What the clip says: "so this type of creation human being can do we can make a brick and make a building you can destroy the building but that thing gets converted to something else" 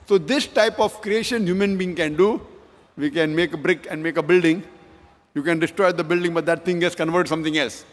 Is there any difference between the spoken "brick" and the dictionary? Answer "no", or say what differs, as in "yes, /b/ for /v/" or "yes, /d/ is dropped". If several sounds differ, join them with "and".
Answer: no